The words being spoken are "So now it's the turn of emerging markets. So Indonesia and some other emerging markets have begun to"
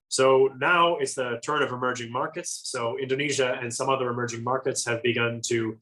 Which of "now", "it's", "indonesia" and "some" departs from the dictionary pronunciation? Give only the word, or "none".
none